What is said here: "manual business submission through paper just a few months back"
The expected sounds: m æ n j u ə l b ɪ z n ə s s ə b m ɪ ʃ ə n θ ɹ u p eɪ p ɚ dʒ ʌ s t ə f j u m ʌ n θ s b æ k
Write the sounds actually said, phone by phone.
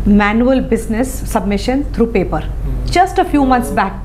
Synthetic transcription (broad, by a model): m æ n j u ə l b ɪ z n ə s s ə b m ɪ ʃ ə n t ɹ u p eɪ p ɚ dʒ ʌ s t ə f j u m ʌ n t s b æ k